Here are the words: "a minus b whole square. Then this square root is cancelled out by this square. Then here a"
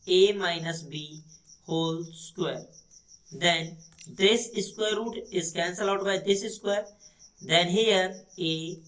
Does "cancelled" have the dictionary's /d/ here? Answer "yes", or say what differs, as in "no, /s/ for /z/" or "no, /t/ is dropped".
no, /d/ is dropped